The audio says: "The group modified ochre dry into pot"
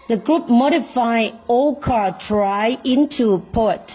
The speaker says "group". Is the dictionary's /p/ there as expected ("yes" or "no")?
yes